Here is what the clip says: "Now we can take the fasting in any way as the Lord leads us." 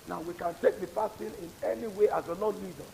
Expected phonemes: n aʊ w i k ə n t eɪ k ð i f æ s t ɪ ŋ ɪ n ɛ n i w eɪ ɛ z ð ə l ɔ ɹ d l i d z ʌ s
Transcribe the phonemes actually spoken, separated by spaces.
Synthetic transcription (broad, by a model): n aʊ w i k ə n t eɪ k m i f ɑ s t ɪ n ɪ n ɛ n i w eɪ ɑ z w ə n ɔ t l i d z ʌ